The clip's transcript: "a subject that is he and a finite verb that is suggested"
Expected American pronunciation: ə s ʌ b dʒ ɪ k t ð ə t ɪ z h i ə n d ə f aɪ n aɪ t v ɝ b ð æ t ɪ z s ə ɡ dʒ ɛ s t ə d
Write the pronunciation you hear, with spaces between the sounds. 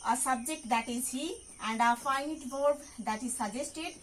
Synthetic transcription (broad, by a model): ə s ʌ b dʒ ɪ k t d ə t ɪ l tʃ i ə n d ə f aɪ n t b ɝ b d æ t ɪ z s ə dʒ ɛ s t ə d